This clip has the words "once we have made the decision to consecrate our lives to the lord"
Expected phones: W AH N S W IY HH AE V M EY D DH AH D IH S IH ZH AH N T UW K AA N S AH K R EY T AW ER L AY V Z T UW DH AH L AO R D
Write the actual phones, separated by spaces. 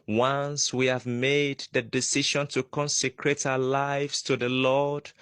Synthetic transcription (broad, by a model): W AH N S W IY HH AE V M EY D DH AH D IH S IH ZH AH N T UW K AA N S AH K R EY T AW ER L AY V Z T UW DH AH L AO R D